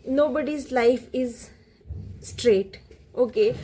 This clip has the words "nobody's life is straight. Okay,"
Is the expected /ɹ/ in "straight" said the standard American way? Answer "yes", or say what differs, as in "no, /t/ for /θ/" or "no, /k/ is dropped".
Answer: yes